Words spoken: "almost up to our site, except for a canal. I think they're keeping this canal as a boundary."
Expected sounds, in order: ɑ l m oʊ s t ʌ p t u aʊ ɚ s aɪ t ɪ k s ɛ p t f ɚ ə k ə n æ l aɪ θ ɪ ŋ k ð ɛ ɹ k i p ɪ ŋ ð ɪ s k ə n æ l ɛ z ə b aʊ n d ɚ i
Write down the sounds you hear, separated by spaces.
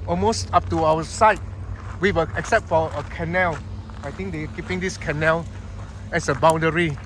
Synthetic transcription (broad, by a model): ɑ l m oʊ s t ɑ p t u aʊ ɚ s aɪ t ɪ k s ɛ p t f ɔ ə k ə n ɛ l aɪ t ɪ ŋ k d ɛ k i p ɪ ŋ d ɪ s k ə n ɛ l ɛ s ə b aʊ n d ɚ i